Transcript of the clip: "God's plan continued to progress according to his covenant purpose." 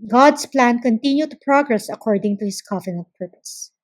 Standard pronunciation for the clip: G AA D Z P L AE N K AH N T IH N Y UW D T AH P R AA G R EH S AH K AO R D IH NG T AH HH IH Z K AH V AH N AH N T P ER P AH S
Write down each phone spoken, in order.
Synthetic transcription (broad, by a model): G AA D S P L AE N K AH N T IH N Y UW T AH P R AA G R EH S AH K AO R D IH NG T AH HH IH S K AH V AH N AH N T P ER P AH S